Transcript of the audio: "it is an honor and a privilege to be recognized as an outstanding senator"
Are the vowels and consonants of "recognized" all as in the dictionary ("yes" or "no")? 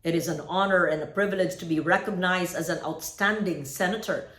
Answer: yes